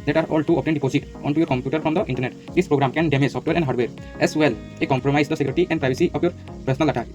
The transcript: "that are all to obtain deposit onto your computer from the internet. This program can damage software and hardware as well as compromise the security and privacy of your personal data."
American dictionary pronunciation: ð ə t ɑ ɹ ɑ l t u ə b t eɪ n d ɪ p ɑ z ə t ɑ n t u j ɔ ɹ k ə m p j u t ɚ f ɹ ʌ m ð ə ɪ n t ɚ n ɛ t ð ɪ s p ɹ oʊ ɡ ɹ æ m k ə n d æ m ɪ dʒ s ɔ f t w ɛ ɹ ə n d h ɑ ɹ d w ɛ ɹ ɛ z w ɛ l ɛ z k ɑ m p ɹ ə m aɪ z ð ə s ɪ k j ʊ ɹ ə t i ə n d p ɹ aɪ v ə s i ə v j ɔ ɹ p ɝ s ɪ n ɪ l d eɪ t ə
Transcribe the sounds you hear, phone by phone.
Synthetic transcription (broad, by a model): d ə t ɑ ɹ ɑ l t u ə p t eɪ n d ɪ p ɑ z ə t ɑ n t u j ɔ ɹ k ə m p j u t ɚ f ɹ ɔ m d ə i n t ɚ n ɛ t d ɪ s p ɹ oʊ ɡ ɹ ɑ m k ə n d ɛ m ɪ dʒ s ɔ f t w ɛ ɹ ə n d h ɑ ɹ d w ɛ ɹ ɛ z w ɛ l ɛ k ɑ m p ɹ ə m aɪ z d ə s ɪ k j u ɹ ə t i ə n d p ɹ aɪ b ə s i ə p j ɔ ɹ p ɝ s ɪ n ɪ l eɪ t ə